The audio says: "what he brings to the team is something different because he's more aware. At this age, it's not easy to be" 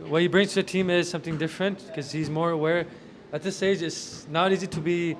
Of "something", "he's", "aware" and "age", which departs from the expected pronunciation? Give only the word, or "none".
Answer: none